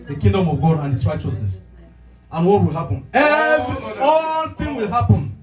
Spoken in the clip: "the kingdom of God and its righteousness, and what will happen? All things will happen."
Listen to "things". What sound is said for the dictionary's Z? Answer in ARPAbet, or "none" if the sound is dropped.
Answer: none